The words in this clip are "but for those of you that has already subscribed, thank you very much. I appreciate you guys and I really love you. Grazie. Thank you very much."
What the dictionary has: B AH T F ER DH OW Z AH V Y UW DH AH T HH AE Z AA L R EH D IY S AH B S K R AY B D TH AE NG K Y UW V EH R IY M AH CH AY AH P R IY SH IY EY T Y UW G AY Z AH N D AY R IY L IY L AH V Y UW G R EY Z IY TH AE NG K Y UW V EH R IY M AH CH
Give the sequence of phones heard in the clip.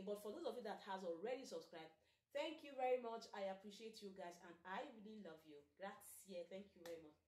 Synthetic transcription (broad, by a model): B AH T F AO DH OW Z AH V Y UW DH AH T HH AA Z AA L R EH D IY S AH B S K R AY B D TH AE NG K Y UW V EH R IY M AH CH AY AH P R IY SH IY EY T Y UW G AY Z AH N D AY W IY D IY L AH V Y UW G R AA S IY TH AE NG K Y UW V EH R IY M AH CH